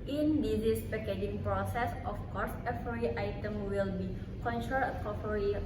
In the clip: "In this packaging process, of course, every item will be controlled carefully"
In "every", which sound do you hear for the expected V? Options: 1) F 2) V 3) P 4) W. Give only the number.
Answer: 1